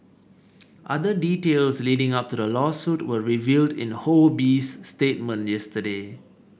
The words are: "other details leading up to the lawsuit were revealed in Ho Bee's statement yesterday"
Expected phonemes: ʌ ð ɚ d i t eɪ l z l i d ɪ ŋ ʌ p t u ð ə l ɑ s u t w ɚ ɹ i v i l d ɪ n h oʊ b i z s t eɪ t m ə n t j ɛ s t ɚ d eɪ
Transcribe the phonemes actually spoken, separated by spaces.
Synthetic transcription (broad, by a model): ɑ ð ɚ d i t eɪ l s l i d ɪ ŋ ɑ p t u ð ə l ɑ s u t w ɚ ɹ i v i l d ɪ n h oʊ b i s t eɪ t m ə n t j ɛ s t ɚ d eɪ